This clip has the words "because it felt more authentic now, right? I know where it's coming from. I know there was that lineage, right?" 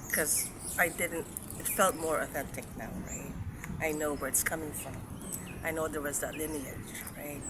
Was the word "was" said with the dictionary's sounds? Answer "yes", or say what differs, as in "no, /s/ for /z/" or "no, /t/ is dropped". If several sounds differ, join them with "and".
yes